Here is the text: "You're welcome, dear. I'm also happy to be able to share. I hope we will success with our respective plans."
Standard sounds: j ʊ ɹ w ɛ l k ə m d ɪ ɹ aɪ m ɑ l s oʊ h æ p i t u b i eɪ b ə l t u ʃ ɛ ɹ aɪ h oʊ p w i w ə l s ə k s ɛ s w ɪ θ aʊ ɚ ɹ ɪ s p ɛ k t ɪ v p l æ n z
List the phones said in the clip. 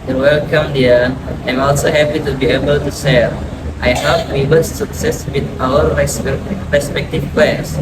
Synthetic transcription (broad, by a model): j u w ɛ l k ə m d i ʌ aɪ m ɑ l s oʊ h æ p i t u b i eɪ b ə l t u s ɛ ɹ aɪ h oʊ p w i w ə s s ə k s ɛ s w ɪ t aʊ ɚ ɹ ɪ s p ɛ k t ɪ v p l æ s